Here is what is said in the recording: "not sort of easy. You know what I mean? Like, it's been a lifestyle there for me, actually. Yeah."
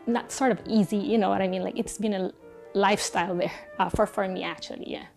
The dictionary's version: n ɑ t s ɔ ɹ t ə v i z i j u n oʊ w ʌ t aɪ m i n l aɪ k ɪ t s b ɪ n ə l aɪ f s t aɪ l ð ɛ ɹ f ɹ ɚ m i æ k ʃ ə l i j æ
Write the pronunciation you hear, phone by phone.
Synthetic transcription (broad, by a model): n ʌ t s ɔ ɹ t ə v i z i j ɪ n oʊ w ʌ t aɪ m i n l aɪ k ɪ t s b ɪ n ə l aɪ f s t aɪ l ð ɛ ɹ f ɹ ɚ m i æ k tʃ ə l i j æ